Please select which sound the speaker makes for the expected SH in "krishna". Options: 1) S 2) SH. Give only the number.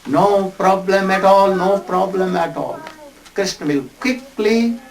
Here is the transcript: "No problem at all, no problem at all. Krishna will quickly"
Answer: 1